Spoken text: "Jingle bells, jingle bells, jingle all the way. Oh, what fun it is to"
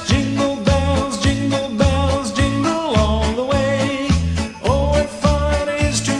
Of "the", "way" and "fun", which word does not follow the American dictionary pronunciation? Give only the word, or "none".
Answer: fun